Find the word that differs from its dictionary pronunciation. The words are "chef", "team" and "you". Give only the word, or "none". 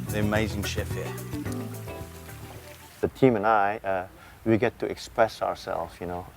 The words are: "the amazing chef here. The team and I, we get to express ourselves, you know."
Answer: none